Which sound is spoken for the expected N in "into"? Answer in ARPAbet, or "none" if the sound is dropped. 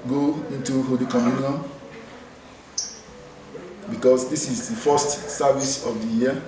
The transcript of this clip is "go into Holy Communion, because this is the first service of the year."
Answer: N